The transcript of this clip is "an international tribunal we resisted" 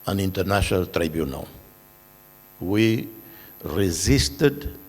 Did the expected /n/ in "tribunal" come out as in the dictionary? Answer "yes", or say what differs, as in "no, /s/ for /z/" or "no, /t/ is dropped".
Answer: yes